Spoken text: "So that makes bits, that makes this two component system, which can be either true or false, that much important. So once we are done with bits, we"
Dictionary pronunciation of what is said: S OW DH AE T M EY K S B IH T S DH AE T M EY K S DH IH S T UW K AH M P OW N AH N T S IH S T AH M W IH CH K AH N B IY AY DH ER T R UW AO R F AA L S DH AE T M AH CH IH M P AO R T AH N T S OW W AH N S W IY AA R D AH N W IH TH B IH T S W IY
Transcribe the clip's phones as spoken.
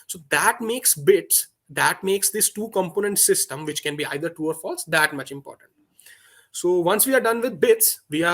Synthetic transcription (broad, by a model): S OW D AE T M EY K S B IH T S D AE T M EY K S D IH S T UW K AH M P OW N AH N T S IH S T AH M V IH CH K AH N B IY AY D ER T UW AO R F AA L S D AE T M AH CH IH M P AO R T AH N T S OW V AH N S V IY AA R D AH N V IH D B IH T S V IY